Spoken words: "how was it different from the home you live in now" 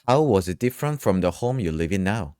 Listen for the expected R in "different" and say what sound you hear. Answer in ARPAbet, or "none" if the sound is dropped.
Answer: R